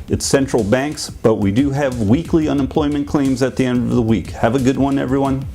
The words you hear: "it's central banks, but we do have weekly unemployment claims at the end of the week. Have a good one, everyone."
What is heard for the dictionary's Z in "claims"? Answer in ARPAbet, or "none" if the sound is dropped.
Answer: Z